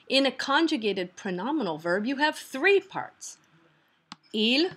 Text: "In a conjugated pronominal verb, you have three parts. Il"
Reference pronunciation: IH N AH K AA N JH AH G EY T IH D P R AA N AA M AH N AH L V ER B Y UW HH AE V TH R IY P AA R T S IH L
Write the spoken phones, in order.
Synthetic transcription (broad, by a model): IH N AH K AA N JH AH G EY T IH D P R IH N AA M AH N L V ER B Y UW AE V TH R IY P AA R T S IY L